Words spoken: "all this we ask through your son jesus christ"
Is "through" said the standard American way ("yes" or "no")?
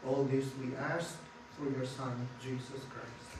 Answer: no